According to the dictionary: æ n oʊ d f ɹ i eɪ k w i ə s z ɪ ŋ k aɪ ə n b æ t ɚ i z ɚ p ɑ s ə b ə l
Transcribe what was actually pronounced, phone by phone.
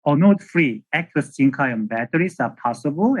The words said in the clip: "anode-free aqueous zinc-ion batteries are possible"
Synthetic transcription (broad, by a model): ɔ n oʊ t f ɹ i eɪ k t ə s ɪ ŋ k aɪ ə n b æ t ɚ i s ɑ p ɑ s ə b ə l